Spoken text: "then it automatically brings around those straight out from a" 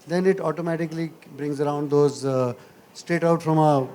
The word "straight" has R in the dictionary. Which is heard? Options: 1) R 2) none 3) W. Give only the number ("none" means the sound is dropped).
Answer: 2